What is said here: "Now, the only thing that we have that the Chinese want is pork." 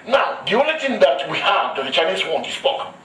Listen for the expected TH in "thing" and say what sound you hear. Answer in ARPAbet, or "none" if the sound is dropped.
T